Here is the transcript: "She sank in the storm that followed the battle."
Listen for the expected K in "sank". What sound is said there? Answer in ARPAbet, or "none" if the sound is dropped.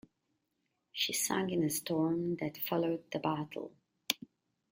none